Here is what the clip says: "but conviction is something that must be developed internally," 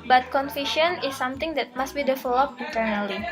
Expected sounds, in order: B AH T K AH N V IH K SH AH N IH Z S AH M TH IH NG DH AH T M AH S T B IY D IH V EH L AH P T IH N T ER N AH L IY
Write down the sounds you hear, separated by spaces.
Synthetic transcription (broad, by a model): B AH T K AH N F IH SH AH N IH S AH M T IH NG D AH T M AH S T B IY D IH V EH L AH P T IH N T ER N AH L IY